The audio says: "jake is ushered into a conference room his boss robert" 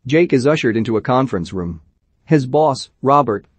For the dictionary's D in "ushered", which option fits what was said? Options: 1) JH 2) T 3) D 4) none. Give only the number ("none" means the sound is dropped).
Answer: 3